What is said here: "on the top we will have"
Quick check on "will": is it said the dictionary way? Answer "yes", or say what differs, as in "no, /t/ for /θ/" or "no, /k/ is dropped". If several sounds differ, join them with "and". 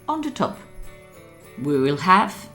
yes